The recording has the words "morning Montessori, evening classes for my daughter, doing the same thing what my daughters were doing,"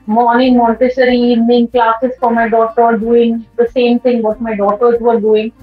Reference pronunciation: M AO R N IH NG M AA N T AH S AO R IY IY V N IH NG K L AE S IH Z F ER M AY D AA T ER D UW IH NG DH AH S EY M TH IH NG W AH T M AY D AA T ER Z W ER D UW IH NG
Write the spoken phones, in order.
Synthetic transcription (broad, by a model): M AO R N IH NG M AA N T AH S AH R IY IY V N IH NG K L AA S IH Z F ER M AY D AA T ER D UW IH NG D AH S EY M T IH NG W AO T M AY D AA T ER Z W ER D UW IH NG